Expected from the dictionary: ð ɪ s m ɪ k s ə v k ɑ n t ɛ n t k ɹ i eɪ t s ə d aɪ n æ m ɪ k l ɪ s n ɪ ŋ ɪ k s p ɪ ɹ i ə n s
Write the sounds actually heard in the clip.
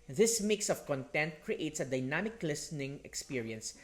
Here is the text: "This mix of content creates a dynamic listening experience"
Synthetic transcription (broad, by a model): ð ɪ s m ɪ k s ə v k ɑ n t ɛ n t k ɹ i eɪ t s ə d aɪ n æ m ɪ k l ɪ s n ɪ ŋ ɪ k s p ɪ ɹ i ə n s